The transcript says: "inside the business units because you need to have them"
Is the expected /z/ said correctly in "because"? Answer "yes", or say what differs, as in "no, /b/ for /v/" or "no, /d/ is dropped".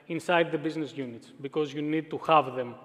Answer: yes